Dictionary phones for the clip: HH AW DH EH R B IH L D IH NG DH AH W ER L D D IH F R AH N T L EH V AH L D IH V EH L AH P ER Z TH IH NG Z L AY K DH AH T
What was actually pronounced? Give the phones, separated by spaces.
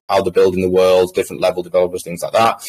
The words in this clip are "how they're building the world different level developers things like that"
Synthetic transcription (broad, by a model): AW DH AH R B IH L D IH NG DH AH W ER L D D IH F R AH N T L EH V AH L D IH V EH L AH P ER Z TH IH NG Z L AY K DH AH T